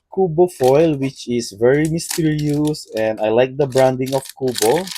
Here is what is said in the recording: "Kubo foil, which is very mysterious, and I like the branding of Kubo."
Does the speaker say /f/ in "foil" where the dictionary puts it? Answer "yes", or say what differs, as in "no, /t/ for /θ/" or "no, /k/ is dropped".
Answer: yes